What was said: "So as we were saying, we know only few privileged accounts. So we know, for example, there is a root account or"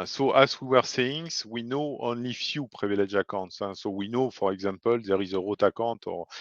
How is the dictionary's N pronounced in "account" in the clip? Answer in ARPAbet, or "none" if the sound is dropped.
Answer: none